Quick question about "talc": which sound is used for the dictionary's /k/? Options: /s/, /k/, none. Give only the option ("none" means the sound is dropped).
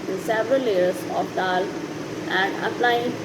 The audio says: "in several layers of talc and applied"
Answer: none